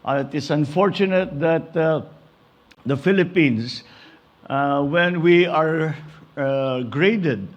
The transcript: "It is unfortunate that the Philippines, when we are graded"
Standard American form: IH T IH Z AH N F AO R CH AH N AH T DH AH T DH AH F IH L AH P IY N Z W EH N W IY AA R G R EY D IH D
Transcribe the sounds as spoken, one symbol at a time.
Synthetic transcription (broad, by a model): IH T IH S AH N F AO R CH AH N AH T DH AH T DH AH F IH L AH P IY N S W EH N W IY AA R G R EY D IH D